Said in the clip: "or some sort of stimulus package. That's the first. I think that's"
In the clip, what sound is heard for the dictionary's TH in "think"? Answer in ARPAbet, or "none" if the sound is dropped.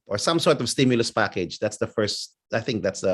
TH